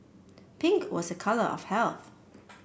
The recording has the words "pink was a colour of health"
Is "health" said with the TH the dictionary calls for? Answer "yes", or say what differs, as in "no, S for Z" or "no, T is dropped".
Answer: yes